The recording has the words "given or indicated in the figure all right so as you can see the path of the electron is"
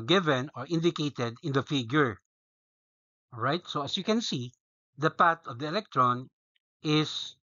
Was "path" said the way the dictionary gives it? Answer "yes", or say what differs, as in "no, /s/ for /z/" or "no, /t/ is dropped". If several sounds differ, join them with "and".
no, /t/ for /θ/